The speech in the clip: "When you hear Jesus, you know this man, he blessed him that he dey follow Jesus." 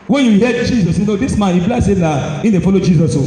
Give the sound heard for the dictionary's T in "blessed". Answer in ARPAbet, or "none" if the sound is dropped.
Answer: none